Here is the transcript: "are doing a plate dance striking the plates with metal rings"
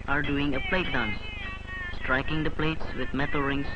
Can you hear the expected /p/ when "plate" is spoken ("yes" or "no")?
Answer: yes